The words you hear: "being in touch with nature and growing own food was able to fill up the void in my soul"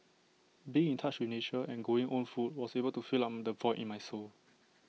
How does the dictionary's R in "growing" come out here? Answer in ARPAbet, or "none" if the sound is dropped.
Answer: none